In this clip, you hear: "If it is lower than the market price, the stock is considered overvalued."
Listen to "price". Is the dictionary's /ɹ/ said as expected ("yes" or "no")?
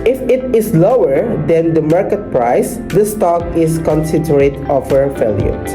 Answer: yes